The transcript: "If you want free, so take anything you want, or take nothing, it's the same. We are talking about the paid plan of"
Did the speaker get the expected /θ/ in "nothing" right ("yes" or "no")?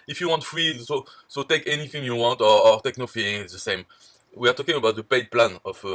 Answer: no